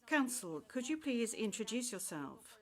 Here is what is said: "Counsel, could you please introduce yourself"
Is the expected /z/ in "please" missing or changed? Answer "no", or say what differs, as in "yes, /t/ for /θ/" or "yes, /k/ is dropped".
no